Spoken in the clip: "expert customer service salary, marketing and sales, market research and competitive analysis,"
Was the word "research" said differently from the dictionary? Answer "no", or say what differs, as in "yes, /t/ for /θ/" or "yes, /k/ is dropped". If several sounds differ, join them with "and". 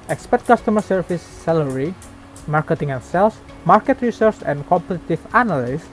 yes, /s/ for /tʃ/